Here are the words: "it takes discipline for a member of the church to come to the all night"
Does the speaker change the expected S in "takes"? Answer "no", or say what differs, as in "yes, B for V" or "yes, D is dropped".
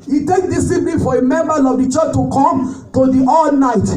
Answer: yes, S is dropped